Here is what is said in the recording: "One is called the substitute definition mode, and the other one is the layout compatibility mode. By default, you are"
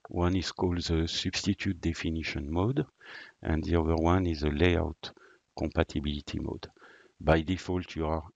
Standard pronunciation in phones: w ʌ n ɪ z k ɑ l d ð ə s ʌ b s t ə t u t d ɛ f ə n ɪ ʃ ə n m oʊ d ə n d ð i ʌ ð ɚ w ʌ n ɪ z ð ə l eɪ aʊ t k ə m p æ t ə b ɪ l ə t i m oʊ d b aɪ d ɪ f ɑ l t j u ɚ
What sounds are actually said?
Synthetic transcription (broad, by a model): w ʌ n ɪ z k ɑ l d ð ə s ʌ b s t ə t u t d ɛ f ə n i ʃ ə n m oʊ d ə n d ð i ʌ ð ɚ w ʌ n ɪ z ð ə l eɪ aʊ t k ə m p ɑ t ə b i l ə t i m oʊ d b aɪ d ɪ f ɑ l t j u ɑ